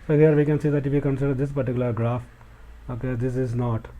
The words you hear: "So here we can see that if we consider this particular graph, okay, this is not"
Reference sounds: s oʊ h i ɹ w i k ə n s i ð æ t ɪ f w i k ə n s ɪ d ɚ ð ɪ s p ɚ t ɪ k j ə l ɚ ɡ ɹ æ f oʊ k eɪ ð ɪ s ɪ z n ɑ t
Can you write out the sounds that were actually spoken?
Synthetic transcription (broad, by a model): s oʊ h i ɹ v i k ə n s i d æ t ɪ f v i k ə n s ɪ d ɚ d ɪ s p ɚ t ɪ k j ə l ɚ ɡ ɹ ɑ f oʊ k eɪ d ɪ s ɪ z n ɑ t